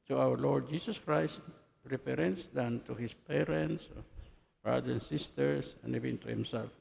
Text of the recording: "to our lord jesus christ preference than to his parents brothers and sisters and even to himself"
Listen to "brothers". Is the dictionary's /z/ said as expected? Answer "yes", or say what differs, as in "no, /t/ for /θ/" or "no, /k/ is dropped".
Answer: no, /z/ is dropped